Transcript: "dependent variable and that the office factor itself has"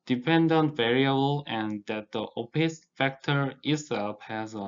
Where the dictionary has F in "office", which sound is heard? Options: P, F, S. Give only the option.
P